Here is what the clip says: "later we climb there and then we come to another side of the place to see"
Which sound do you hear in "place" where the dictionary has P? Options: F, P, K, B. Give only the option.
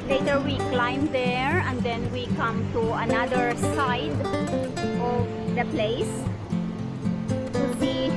P